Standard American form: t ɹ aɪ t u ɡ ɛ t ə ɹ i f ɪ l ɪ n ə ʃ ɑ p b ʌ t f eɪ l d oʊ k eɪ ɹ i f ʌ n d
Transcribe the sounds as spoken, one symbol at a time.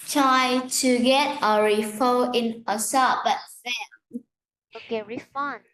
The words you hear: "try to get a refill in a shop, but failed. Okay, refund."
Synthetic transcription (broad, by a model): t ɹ aɪ t u ɡ ɛ t ə ɹ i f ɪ ɪ n ə s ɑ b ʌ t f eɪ oʊ k eɪ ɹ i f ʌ n